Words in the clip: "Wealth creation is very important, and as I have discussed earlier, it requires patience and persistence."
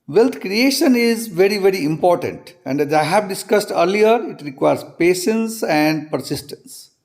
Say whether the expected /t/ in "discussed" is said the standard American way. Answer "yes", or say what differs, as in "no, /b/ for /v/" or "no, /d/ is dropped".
yes